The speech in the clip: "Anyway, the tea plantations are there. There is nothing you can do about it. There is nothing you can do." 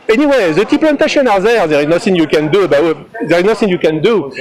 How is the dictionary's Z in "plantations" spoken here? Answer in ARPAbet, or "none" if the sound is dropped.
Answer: none